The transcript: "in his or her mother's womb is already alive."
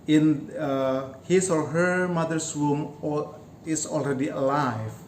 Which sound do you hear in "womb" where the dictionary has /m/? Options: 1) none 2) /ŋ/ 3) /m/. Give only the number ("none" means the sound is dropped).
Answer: 3